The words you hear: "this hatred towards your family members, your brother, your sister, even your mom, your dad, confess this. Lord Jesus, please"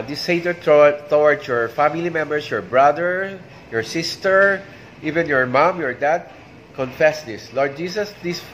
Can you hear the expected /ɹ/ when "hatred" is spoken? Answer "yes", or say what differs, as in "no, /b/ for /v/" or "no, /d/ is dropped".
no, /ɹ/ is dropped